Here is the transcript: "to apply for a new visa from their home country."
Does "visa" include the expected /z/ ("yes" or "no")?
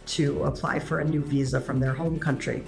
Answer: yes